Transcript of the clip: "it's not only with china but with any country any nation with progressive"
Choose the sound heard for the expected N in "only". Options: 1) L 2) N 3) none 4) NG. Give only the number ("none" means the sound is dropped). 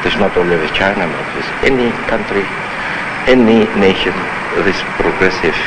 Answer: 3